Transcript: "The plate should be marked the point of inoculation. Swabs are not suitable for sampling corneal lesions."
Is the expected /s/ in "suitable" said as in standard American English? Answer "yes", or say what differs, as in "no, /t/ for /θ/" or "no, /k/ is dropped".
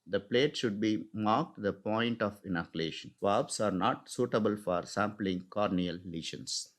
yes